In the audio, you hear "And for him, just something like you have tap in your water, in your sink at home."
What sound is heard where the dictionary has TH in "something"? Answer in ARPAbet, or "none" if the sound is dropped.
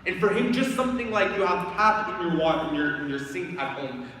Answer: TH